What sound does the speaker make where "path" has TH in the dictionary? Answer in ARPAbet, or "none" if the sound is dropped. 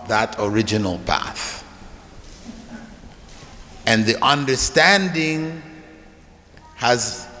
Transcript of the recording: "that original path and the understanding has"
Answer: TH